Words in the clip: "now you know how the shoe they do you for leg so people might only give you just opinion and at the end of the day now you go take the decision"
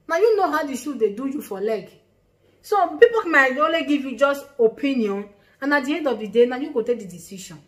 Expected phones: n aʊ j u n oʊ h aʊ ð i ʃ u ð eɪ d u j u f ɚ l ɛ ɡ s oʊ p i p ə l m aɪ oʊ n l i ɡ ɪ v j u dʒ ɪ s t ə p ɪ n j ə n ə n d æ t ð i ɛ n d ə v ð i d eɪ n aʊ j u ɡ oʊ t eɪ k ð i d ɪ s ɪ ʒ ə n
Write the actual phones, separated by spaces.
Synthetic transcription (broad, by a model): n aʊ j u n oʊ h aʊ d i ʃ u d eɪ d u j u f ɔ l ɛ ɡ s oʊ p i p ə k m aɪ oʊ l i ɡ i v j u dʒ ɪ s t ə p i n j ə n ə n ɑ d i ɛ n d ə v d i d eɪ n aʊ j u ɡ oʊ t eɪ k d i d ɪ s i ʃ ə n